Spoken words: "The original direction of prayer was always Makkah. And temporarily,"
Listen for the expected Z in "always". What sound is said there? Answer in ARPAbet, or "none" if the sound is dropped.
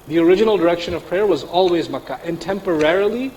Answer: Z